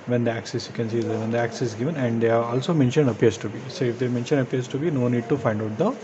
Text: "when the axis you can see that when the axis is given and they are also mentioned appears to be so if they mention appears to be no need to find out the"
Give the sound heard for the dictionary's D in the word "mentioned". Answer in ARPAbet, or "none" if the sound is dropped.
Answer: D